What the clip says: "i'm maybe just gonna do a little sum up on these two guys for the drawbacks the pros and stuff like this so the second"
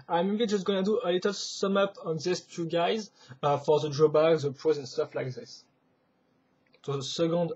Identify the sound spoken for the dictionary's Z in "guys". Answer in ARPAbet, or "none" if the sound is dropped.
Z